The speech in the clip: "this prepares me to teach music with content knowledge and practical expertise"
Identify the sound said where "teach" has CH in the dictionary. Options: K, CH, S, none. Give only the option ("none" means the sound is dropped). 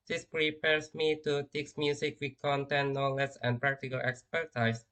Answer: S